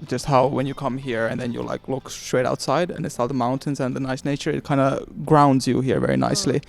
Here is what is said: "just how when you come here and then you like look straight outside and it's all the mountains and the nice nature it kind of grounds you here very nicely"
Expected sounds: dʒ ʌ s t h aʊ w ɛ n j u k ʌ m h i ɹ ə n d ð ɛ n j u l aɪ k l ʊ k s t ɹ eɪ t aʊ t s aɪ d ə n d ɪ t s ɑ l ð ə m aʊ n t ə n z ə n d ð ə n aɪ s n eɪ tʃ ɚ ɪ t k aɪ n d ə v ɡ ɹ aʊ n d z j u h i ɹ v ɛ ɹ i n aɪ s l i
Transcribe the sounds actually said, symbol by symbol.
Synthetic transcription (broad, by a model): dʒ ʌ s t h aʊ w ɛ n j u k ʌ m h i ɹ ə n ð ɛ n j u l aɪ k l ʊ k s t ɹ eɪ t aʊ t s aɪ d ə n ɪ t s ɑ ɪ ð ə m aʊ n t ə n z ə n ð ə n aɪ s n eɪ tʃ ɚ ɪ t k aɪ n d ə ɡ ɹ aʊ n d z j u h i ɹ v ɛ ɹ i n aɪ s l i